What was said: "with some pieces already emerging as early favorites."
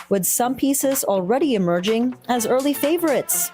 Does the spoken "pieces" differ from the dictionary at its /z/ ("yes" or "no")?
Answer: no